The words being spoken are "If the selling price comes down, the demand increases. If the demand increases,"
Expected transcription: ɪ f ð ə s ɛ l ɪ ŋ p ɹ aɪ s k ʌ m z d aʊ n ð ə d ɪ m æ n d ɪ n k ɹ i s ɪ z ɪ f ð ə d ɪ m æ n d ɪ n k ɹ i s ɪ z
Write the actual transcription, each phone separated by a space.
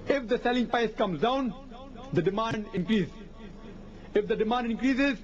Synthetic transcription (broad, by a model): ɪ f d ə s ɛ l ɪ ŋ p aɪ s k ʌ m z d aʊ n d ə d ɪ m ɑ n d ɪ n k ɹ i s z ɪ f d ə d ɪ m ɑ n d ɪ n k ɹ i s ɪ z